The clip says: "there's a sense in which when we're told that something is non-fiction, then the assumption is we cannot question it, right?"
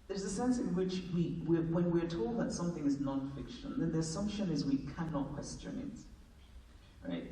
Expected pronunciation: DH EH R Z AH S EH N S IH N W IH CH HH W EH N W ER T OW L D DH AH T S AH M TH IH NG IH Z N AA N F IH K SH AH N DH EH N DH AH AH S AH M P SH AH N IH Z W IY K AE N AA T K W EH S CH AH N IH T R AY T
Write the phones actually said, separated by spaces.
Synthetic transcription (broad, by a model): DH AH R Z AH S EH N S IH N W IH CH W W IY N W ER T OW L D DH AH T S AH M TH IH NG IH Z N AA N F IH K SH AH N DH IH N DH AH AH S AH M P SH AH N IH Z W IY K AE N AA T K W EH S CH AH N IH T R AY T